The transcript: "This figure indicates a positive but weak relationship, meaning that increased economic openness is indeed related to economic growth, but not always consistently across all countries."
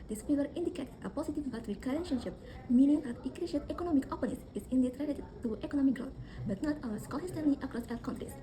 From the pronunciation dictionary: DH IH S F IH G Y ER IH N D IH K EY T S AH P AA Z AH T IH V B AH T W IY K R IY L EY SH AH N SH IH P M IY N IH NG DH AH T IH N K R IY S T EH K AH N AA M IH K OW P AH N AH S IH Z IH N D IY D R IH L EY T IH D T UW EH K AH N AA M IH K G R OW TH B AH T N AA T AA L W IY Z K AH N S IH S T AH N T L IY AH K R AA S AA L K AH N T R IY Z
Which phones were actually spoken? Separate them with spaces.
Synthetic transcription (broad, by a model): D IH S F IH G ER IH N D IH K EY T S AH P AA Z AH T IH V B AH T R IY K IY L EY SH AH N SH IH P M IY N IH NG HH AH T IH K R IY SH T EH K AH N AA M IH K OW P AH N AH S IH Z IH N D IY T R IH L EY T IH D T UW EH K AH N AA M IH K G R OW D B AH T N AA T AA W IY S K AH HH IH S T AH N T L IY AH K R AA S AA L K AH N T R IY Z